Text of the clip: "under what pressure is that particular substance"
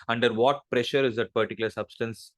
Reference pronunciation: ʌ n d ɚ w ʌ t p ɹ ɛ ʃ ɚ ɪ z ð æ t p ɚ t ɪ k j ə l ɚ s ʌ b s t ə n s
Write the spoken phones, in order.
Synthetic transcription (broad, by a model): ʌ n d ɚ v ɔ t p ɹ ɛ ʃ ɚ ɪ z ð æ t p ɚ t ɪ k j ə l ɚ s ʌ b s t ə n s